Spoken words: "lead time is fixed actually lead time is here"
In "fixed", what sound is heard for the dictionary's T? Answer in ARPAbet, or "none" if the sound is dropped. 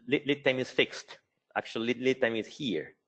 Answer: T